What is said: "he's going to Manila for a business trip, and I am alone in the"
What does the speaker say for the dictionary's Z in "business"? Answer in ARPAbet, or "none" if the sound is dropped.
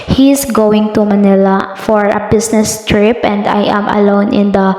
S